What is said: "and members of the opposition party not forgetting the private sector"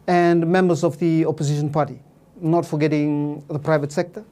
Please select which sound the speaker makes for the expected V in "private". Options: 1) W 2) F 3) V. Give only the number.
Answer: 3